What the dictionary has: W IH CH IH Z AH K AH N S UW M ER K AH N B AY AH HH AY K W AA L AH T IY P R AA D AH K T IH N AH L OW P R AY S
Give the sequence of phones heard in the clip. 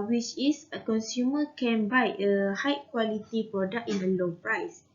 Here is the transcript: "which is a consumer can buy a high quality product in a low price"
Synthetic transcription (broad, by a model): W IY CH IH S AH K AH N S UW M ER K AH N B AY AH HH AY K W AA L AH T IY P R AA D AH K IH N AH L OW P R AY S